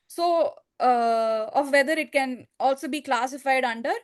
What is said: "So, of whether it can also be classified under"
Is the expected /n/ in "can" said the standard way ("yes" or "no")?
yes